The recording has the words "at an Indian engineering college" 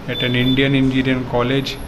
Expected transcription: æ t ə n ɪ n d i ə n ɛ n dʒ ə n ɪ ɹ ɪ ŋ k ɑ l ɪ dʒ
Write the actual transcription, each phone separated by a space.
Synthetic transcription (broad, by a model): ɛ t ə n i n d i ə n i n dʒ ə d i ɪ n k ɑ l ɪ dʒ